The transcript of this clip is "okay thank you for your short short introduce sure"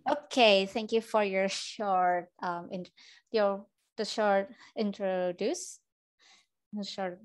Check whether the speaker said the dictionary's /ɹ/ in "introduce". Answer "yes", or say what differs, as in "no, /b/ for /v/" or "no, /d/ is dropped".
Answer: yes